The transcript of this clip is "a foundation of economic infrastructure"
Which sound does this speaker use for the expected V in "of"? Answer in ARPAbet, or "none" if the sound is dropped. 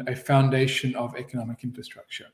V